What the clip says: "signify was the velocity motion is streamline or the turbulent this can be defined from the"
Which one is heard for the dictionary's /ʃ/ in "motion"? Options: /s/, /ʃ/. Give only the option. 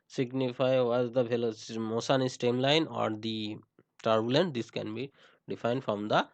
/s/